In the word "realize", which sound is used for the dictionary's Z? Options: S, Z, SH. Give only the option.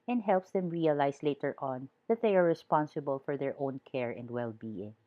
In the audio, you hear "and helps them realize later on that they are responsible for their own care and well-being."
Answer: S